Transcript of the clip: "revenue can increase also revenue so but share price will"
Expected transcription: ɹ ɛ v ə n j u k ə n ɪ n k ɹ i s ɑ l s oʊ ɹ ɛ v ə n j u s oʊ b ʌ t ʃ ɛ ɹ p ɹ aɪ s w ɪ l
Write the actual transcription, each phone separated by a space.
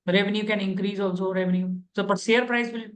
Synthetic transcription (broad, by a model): ɹ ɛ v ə n j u k ə n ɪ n k ɹ i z ɑ l s oʊ ɹ ɛ v ə n j u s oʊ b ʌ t s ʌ ɹ p ɹ aɪ s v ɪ l